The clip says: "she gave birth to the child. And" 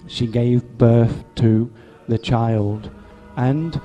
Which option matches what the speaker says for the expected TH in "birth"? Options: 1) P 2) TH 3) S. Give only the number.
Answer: 2